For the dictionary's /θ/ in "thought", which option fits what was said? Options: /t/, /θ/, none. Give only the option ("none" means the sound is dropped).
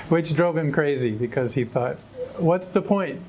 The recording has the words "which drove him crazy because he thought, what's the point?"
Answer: /θ/